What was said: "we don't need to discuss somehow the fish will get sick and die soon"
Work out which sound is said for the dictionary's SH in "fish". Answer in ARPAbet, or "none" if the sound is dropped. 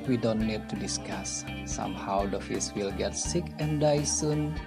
S